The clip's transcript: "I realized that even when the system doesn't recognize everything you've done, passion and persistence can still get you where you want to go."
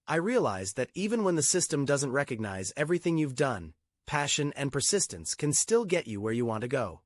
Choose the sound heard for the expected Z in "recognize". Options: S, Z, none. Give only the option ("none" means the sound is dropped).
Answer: Z